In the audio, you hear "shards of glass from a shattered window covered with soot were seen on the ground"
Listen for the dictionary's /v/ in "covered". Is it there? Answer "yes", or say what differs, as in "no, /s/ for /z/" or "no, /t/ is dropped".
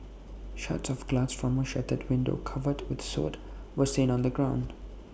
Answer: yes